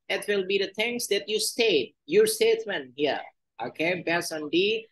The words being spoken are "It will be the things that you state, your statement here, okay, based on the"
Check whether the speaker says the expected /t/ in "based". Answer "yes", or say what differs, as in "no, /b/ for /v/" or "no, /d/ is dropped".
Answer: no, /t/ is dropped